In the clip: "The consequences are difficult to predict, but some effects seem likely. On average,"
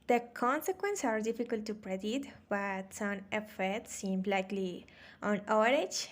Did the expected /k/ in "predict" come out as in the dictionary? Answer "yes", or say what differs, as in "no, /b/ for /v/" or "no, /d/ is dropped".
no, /k/ is dropped